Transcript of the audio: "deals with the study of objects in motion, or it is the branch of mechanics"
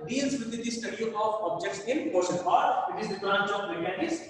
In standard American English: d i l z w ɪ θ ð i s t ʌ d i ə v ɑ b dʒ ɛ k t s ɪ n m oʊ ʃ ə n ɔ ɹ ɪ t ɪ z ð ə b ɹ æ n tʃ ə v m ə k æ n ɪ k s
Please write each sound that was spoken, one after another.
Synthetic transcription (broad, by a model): d i l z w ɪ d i s t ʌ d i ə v ɑ b dʒ ɛ k t s ɪ n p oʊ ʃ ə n ɔ ɹ ɪ t ɪ z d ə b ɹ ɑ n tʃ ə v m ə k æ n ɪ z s